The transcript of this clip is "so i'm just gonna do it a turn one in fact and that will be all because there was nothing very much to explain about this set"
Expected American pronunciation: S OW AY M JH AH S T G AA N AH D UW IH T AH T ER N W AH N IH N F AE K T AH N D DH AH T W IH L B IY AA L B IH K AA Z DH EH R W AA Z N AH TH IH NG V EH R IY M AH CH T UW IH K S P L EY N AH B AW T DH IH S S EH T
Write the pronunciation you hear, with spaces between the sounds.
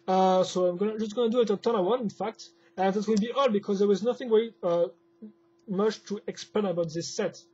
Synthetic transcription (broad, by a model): S OW AY M JH AH S T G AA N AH D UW IH T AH T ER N W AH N IH N F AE K T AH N DH AH T W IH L B IY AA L B IH K AA Z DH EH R W AA Z N AH TH IH NG W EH IY M AH CH T UW IH K S P L EY N AH B AW T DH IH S S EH T